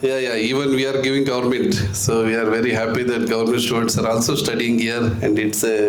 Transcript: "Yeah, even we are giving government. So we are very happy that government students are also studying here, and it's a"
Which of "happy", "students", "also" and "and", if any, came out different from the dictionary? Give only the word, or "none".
students